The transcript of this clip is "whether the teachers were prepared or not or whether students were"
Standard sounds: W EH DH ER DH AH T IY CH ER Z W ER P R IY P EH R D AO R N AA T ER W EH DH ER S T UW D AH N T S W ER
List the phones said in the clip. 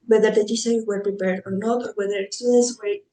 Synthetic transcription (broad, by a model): W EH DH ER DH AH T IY S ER W ER P R IY P EH R D AO R N AA T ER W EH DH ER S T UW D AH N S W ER